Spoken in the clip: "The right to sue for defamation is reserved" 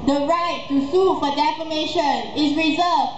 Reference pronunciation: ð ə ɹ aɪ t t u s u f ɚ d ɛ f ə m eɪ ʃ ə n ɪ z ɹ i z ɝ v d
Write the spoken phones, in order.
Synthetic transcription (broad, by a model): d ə ɹ aɪ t t u s u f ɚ d ɛ f ə m eɪ ʃ ə n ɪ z ɹ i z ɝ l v